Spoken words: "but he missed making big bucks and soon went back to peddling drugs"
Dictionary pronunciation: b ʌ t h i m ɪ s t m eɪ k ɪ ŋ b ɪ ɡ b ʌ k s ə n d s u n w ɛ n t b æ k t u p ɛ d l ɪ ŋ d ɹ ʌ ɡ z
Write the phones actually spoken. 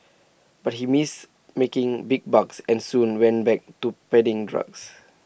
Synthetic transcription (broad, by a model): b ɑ t h i m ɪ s m eɪ k ɪ ŋ b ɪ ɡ b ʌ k s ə n s u n w ɛ n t b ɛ k t u p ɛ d ɪ ŋ d ɹ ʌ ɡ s